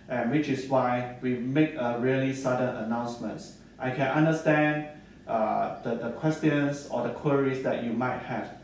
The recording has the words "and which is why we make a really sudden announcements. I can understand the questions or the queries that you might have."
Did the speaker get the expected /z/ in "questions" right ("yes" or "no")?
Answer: no